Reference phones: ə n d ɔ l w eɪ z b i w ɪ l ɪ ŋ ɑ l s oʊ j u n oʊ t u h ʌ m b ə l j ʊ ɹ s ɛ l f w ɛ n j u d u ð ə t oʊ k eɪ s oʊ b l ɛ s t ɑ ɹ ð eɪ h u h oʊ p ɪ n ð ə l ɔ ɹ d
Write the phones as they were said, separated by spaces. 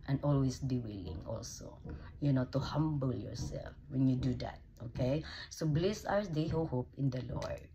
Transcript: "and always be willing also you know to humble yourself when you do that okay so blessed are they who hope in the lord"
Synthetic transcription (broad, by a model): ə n ɔ l w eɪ s b i w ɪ l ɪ ŋ ɑ l s oʊ j u n oʊ t u h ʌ m b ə l j ʊ ɹ s ɛ l f w ɛ n j u d u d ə t oʊ k eɪ s oʊ b l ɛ s ɑ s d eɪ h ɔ h oʊ p ɪ n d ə l ɔ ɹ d